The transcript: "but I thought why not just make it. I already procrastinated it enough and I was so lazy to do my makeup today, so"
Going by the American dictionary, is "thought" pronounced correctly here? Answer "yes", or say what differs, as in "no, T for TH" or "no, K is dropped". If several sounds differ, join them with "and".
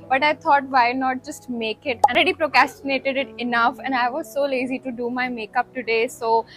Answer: no, T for TH